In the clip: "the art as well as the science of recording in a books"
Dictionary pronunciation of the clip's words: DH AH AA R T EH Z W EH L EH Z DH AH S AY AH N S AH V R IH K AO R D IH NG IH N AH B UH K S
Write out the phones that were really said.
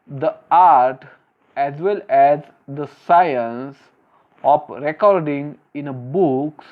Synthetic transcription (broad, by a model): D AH AA R T EH Z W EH L EH Z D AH S AY AH N S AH P R IH K AO R D IH NG IH N AH B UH K S